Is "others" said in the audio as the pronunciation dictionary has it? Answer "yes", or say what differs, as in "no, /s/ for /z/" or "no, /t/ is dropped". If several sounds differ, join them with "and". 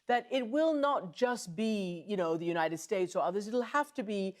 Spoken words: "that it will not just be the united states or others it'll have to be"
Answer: yes